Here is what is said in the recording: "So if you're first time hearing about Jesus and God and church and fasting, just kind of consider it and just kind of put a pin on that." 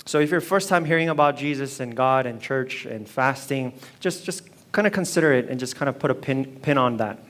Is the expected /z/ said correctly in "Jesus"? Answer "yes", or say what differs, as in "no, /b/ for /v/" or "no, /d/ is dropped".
yes